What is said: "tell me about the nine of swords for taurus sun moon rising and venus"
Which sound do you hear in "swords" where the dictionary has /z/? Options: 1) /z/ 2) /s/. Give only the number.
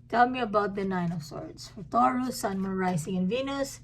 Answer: 2